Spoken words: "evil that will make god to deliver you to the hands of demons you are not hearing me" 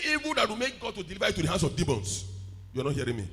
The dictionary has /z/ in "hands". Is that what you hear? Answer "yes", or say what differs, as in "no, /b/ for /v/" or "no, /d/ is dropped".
no, /s/ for /z/